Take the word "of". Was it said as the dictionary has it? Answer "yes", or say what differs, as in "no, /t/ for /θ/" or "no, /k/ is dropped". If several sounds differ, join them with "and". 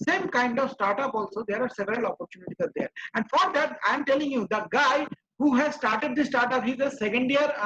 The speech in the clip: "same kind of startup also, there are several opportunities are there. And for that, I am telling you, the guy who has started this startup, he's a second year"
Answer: yes